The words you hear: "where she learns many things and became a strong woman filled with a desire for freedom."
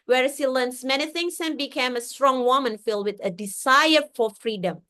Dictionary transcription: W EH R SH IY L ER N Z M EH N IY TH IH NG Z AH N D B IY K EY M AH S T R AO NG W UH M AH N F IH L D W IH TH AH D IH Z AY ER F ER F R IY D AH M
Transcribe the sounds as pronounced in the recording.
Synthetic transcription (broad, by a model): W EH R S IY L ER N S M EH N IY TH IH NG S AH N B IY K EY M AH S T R AO NG W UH M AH N F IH L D W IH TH AH D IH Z AY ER F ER F R IY D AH M